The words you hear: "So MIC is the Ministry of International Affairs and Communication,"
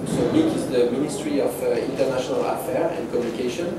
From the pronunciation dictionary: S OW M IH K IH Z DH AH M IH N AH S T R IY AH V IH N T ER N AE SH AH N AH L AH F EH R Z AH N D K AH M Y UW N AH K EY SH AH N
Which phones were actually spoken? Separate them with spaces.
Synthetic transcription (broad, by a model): S OW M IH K IH Z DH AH M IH N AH S T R IY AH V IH N T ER N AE SH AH N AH L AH F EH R AH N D K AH M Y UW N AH K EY SH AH N